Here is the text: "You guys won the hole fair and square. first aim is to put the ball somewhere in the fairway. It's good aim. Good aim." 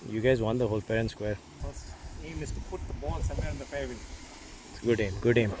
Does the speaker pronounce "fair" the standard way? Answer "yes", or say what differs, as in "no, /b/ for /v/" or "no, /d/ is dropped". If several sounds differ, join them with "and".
no, /p/ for /f/